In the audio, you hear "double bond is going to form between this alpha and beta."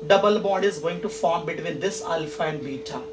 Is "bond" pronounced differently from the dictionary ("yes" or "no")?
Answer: yes